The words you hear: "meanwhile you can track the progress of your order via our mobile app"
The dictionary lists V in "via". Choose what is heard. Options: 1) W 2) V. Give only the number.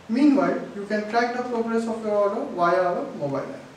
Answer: 1